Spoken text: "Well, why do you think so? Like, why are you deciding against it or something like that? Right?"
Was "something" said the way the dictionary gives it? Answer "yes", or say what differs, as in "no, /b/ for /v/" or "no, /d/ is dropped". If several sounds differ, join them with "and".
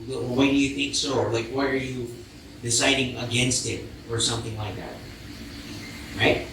yes